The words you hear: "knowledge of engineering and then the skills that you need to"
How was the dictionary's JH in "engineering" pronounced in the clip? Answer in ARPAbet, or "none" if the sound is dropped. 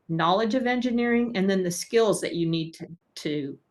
JH